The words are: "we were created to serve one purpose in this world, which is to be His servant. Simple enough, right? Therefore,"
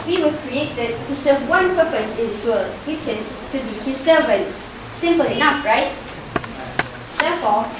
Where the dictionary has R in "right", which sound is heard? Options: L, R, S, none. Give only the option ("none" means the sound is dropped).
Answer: R